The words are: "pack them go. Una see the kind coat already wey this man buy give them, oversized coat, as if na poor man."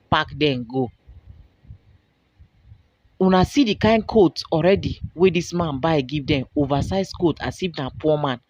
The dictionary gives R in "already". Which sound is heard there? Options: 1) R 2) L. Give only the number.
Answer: 1